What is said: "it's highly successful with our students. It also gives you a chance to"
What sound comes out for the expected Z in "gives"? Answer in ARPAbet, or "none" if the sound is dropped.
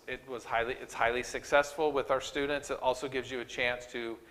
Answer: Z